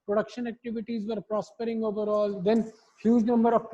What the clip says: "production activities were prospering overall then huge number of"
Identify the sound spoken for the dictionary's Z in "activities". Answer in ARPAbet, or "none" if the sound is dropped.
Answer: Z